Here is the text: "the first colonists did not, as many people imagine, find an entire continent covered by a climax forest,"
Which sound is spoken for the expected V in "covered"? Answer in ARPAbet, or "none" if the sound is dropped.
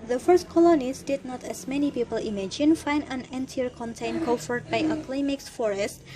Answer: F